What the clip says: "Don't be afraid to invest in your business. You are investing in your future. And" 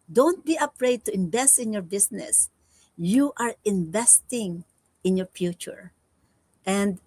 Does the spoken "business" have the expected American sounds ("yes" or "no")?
no